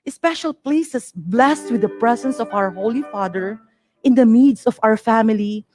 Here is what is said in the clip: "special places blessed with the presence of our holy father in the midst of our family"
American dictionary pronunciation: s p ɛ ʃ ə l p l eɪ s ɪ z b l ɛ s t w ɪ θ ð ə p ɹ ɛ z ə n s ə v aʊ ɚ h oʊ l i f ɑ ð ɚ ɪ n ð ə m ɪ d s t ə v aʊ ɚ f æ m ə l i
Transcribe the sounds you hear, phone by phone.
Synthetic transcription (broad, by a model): s p ɛ ʃ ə l p l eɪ s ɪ s b l ɛ s t w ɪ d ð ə p ɹ ɛ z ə n s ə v aʊ ɚ h oʊ l i f ɑ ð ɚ ɪ n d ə m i d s ə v aʊ ɚ f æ m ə l i